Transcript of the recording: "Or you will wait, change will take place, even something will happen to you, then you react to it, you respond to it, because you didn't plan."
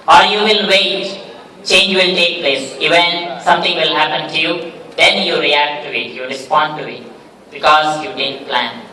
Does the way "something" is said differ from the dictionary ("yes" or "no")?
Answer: yes